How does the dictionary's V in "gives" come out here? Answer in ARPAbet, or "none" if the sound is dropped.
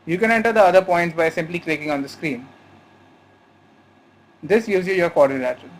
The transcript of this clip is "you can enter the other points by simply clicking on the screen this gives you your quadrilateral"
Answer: none